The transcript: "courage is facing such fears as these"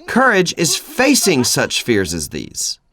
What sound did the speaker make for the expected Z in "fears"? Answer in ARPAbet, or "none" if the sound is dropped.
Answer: Z